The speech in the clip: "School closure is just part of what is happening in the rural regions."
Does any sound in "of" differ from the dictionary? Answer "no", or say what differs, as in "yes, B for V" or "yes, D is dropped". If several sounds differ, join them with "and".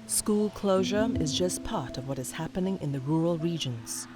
no